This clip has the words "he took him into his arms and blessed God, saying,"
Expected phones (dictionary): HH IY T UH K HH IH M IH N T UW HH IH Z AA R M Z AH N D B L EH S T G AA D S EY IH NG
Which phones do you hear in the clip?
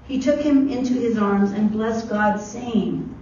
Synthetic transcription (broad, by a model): HH IY T UH K HH IH M IH N T UW IH Z AA R M Z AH N B L EH S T G AA D S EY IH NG